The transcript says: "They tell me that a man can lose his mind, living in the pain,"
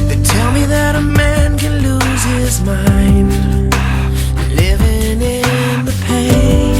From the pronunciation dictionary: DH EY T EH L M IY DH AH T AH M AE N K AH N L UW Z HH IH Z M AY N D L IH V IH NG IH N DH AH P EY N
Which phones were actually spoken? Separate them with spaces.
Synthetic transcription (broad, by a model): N T EH L M IY DH AH T AH M AE N K AH N L UW Z HH IH Z M AY N D L IH V IH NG IH N DH AH P EY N